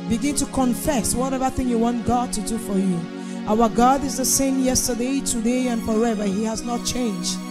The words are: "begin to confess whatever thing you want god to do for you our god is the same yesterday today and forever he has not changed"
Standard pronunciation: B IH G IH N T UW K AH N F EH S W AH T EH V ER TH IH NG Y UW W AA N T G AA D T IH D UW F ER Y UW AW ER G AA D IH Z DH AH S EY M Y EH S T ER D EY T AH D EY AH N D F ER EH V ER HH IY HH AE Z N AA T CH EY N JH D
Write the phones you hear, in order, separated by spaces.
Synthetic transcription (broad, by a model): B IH G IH N T UW K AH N F EH S W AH T EH V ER TH IH NG Y UW W AA N T G AA D T IH D UW F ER Y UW AW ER G AA D IH Z DH AH S EY M Y EH S T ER D EY T AH D EY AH N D F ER EH V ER HH IY HH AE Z N AA T CH EY N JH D